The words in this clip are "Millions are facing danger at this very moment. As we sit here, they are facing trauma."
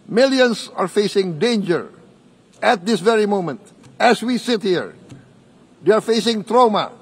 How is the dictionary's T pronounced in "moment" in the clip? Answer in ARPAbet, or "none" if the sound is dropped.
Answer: T